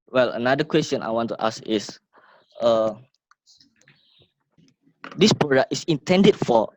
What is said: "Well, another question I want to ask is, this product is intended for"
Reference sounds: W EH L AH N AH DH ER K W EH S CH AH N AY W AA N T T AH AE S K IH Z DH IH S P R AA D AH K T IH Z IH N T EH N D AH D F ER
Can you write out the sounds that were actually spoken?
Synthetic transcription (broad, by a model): W EH L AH N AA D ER K W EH S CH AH N AY W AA N T T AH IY S IH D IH S P R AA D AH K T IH S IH N T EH N D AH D F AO